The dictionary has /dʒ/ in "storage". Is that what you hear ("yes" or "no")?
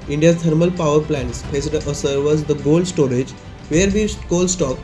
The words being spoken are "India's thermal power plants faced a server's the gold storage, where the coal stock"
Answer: yes